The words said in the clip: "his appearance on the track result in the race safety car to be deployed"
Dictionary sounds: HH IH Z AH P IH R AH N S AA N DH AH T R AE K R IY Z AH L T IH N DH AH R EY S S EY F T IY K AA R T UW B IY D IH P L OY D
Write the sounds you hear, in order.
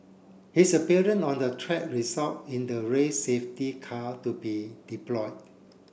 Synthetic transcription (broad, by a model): HH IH S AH P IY R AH N AA N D AH T R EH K R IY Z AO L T IH N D AH R EY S S EY F T IY K AA T UW B IY D IH P L OY D